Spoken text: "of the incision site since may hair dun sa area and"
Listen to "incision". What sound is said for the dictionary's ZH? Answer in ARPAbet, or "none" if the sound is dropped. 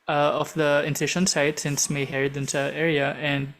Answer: SH